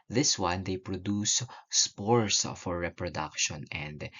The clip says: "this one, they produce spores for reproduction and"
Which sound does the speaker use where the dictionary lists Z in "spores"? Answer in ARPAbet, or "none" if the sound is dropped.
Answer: S